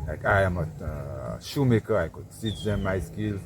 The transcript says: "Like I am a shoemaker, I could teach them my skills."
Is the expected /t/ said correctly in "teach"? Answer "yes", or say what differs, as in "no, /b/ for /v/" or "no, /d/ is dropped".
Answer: no, /s/ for /t/